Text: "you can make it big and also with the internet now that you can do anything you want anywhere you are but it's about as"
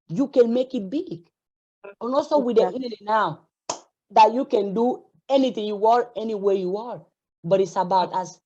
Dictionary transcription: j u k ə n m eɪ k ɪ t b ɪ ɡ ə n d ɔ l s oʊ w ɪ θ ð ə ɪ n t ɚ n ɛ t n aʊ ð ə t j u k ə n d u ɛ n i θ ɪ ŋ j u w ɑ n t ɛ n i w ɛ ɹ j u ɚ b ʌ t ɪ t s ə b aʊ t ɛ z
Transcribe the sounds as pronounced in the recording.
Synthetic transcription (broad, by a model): j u k ə n m eɪ k ɪ t b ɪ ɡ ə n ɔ s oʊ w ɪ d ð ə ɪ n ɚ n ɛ n aʊ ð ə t j u k ə n d u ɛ n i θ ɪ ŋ j u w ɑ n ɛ n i w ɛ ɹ j u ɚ b ʌ t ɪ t s ə b aʊ t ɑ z